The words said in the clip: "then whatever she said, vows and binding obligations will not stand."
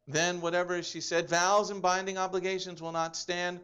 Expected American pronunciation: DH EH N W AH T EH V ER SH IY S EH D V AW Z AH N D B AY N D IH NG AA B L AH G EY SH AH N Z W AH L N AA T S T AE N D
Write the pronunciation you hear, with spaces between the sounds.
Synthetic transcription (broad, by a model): DH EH N W AH T EH V ER SH IY S EH D V AW Z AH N B AY N D IH NG AA B L AH G EY SH AH N Z W AH L N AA T S T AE N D